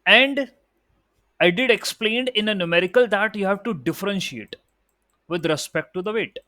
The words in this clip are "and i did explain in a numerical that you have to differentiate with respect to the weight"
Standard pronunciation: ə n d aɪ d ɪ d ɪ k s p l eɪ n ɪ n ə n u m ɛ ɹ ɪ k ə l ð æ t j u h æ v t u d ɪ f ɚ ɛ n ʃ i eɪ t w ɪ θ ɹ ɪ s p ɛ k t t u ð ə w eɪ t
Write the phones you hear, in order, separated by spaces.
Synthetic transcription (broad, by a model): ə n d aɪ d ɪ d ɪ k s p l eɪ n ɪ n ə n u m ɛ ɹ ɪ k ə l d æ t j u h æ v t u d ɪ f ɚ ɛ n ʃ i eɪ t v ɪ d ɹ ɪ s p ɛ k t t u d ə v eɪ t